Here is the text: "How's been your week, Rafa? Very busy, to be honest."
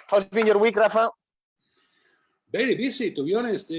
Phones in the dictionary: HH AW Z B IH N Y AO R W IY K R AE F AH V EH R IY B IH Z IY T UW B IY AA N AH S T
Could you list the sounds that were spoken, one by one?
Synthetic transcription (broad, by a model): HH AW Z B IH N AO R W IY K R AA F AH B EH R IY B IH S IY T UW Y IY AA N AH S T